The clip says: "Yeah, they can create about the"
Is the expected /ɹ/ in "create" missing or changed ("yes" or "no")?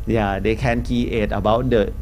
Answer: yes